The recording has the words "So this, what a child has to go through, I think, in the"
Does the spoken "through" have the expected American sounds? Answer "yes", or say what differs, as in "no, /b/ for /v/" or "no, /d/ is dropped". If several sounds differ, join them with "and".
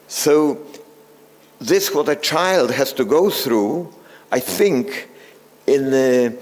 yes